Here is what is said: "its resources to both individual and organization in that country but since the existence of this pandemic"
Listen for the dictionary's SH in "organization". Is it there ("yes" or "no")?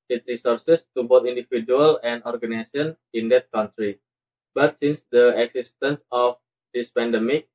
no